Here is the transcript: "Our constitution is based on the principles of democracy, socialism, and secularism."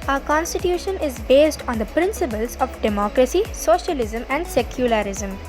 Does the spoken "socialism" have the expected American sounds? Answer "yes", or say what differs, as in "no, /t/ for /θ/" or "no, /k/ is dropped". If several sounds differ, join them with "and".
yes